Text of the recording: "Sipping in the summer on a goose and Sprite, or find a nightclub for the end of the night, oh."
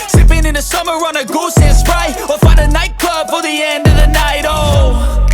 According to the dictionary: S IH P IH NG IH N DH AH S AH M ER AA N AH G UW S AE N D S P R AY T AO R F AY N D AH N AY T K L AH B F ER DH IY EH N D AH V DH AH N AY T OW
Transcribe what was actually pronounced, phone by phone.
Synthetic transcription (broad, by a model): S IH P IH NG IH N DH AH S AH M ER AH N AH G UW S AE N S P R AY AO L F AY N D AH N AY T K L AH B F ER DH IY EH N D AH V DH AH N AY T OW